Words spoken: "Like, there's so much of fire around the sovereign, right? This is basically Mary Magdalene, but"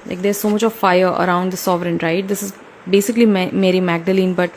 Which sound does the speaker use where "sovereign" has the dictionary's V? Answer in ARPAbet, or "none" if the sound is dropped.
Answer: V